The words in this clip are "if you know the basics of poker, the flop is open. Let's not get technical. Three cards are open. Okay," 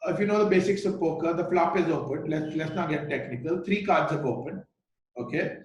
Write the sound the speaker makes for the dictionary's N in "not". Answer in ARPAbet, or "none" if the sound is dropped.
L